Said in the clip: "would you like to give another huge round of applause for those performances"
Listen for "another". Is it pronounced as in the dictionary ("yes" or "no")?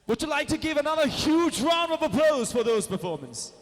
yes